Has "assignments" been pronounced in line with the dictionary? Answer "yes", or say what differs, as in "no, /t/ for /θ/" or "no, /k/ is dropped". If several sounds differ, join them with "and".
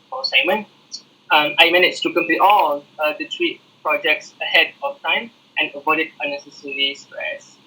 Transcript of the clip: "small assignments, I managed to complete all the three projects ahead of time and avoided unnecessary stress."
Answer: no, /m/ is dropped